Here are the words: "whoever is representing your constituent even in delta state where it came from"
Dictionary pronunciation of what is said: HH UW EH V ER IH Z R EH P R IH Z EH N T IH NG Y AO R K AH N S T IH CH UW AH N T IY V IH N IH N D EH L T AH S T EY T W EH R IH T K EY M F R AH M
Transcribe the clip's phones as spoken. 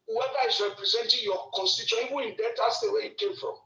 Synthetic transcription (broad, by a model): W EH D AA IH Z R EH P R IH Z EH N T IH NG Y AO K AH N S T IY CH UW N IY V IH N IH N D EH T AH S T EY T W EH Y IH T K EY M F R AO M